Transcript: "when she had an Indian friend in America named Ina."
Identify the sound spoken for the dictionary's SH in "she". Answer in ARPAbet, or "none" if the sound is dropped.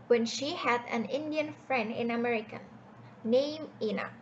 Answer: SH